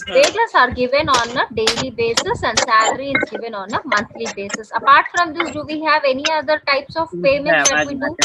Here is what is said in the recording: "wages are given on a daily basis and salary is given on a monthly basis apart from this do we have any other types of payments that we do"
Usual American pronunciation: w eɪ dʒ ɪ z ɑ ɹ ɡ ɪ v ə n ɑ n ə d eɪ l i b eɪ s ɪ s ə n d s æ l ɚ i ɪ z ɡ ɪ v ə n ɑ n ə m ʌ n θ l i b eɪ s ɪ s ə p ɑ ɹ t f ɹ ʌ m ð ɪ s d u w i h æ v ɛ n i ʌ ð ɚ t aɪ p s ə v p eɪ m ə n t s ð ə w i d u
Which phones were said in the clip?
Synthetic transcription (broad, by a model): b eɪ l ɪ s ɑ ɹ ɡ ɪ v ə n ɑ n ə d eɪ l i b eɪ s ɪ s ə n d s æ l ɚ i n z ɡ ɪ v ə n ɑ n ə m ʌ n t l i b eɪ s ɪ s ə p ɑ ɹ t f ɹ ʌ m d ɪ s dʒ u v i h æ v ɛ n i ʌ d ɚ t aɪ p s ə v f eɪ m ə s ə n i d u